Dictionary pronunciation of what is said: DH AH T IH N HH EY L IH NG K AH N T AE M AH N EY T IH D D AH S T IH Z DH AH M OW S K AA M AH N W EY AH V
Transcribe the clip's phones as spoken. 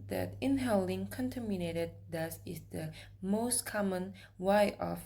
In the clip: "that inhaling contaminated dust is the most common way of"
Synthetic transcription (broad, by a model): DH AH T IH N HH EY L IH NG K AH N T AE M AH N EY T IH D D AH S IH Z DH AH M OW S K AA M AH N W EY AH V